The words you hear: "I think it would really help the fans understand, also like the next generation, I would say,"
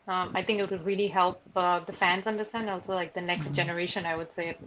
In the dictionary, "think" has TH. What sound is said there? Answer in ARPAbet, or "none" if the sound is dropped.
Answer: TH